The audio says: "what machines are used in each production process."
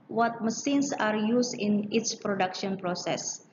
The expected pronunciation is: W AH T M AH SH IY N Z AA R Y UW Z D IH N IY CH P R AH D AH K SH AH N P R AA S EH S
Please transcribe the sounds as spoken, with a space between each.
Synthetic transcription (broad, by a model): W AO T M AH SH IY N S AA R Y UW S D IH N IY S P R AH D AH K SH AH N P R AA S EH S